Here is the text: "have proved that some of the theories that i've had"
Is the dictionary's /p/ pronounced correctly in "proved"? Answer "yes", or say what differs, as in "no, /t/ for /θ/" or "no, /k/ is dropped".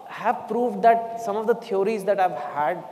yes